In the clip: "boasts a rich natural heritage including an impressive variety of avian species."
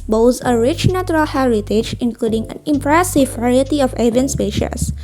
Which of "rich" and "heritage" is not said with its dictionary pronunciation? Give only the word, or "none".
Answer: none